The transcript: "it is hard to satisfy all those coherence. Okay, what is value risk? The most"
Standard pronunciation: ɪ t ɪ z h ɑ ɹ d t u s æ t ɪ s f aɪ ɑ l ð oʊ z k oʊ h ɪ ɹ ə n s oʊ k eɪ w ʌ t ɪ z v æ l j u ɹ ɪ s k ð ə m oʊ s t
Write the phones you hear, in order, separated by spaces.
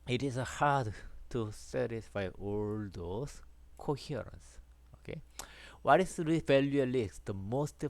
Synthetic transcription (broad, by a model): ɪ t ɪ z h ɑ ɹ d t u s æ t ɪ s f aɪ ɑ l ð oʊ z k oʊ h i ɹ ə n s oʊ k eɪ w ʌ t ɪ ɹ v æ l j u l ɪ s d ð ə m oʊ s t